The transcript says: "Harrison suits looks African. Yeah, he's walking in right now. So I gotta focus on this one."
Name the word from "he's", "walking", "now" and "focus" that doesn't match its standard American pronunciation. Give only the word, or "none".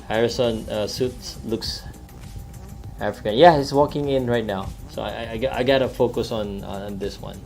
he's